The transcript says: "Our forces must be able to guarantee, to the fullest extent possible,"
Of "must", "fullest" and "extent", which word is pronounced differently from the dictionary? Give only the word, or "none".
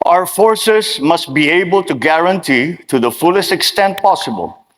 none